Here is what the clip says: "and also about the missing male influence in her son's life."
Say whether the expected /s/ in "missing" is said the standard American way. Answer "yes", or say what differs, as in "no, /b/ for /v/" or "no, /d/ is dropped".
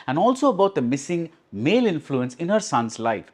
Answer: yes